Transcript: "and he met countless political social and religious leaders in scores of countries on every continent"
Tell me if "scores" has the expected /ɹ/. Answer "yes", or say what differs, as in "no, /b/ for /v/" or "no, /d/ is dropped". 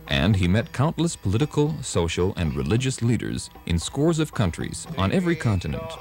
yes